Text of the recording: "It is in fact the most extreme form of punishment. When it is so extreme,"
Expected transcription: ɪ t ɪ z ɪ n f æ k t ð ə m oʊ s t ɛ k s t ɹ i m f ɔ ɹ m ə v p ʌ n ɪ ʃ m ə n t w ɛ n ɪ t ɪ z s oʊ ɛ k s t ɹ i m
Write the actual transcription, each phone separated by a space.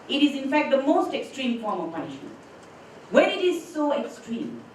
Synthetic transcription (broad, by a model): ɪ t ɪ z ɪ n f æ k t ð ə m oʊ s t ɛ k s t ɹ i m f ɔ ɹ m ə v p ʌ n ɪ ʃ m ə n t w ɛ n ɪ t ɪ z s oʊ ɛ k s t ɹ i m